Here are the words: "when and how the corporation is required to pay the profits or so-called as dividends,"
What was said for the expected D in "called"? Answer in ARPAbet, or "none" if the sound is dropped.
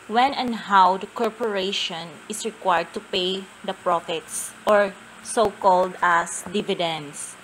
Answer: D